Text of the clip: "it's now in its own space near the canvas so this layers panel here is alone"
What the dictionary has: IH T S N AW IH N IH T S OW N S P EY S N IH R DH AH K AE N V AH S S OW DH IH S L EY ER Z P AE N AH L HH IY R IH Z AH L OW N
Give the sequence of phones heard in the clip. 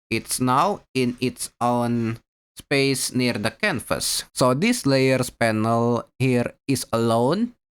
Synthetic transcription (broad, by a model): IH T S N AW IH N IH T S OW N S P EY S N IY R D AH K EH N F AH S S OW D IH S L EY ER S P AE N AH L HH IY R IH S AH L OW N